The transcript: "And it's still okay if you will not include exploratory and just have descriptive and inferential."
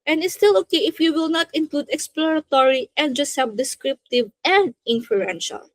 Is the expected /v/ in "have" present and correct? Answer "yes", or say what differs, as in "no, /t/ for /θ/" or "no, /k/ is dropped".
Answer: no, /b/ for /v/